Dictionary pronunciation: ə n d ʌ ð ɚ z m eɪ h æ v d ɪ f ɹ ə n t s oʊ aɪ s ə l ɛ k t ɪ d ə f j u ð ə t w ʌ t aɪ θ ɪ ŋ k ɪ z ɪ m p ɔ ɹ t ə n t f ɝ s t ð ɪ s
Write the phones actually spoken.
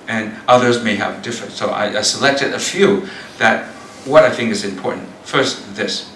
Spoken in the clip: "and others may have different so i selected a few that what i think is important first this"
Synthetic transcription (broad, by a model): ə n ʌ ð ɚ z m eɪ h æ v d ɪ f ɹ ə n t s oʊ aɪ s ə l ɛ k t ɪ d ə f j u ð ə t w ʌ t aɪ θ ɪ ŋ k ɪ z ɪ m p ɔ ɹ t n t f ɝ s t ð ɪ s